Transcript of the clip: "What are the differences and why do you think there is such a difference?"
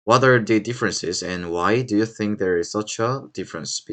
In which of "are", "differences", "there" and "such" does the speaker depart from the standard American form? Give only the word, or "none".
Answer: none